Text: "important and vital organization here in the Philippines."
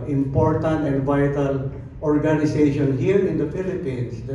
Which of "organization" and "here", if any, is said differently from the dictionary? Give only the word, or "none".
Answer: organization